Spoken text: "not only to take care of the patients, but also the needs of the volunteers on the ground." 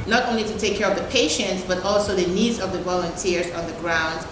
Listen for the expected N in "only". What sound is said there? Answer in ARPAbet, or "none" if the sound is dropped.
N